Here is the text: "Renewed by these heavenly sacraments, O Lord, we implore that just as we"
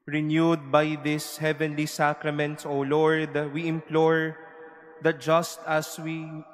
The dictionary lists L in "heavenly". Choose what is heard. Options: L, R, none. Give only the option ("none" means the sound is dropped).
L